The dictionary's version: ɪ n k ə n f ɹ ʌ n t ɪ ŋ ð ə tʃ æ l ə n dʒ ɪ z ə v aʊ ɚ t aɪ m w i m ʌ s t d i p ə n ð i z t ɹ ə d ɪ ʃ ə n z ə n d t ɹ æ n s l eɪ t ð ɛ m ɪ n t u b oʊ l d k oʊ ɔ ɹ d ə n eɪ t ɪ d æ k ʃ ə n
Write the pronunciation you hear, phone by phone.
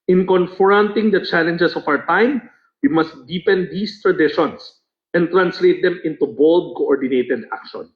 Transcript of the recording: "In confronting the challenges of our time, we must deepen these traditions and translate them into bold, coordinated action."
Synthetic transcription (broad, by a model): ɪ n k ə n f ɹ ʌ n t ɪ ŋ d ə tʃ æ l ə n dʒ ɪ s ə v aʊ ɚ t aɪ m w i m ʌ s t d i p ə n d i s t ɹ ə d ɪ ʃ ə n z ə n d t ɹ æ n s l eɪ t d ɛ m ɪ n t u b oʊ l d k oʊ ɔ ɹ d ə n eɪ t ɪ d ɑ k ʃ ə n